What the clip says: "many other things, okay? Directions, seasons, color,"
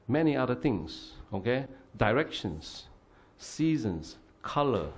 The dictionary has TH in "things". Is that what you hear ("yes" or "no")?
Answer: no